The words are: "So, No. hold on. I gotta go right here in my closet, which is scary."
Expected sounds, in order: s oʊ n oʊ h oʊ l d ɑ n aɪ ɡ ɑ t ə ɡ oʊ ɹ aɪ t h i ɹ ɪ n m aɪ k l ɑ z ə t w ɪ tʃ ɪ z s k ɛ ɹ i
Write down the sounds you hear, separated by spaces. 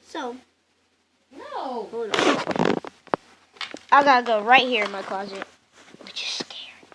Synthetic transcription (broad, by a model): s oʊ n oʊ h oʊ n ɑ aɪ ɡ ɑ t ə ɡ oʊ ɹ aɪ t h i ɹ ɪ n m aɪ k l ɑ z ə t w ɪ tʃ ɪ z s k ɛ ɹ